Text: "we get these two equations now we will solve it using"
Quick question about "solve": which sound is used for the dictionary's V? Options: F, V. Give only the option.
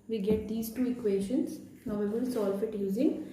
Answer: F